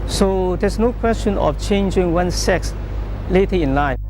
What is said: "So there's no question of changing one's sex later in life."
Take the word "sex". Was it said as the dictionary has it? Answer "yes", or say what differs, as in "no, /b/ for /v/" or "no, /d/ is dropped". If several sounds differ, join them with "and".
yes